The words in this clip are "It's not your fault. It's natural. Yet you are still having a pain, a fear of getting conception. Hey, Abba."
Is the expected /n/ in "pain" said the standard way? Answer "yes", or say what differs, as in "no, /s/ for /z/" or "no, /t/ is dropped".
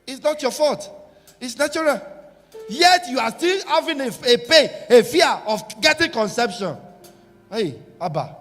no, /n/ is dropped